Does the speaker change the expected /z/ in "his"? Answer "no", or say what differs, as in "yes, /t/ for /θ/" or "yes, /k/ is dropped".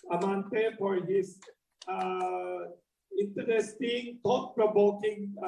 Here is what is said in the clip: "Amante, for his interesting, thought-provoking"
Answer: yes, /s/ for /z/